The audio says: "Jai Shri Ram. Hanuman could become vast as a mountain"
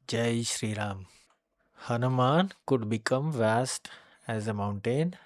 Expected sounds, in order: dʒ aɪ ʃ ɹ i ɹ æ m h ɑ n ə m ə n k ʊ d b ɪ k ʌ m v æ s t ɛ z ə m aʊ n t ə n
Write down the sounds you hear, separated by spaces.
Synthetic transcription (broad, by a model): dʒ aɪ ʃ ɹ i ɹ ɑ m h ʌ n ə m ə n k ʊ d b ɪ k ʌ m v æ s t ɛ z ə m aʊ n t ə n